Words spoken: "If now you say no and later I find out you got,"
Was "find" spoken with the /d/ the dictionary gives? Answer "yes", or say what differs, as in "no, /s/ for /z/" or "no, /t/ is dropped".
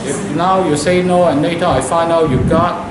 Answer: no, /d/ is dropped